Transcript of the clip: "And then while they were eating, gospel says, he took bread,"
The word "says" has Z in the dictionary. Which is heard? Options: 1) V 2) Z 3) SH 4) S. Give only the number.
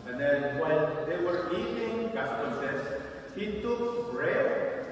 4